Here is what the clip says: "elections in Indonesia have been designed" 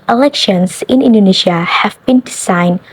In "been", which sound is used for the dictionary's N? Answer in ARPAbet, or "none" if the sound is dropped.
N